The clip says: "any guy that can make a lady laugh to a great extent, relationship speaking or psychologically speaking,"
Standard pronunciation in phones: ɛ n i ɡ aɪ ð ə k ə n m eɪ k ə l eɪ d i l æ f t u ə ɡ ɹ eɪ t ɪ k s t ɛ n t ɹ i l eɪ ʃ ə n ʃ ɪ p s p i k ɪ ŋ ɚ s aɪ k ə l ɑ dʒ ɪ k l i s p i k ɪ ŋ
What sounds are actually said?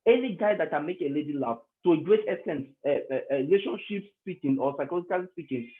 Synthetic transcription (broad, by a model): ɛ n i ɡ aɪ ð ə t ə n m eɪ k ə l eɪ d i l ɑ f t u ə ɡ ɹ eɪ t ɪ s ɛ n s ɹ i l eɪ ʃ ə n ʃ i p s p i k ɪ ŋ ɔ s aɪ k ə l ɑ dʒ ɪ k l i s p i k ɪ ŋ